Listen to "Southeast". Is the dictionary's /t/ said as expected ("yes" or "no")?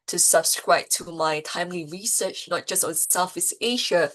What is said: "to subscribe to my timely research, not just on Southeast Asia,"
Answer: no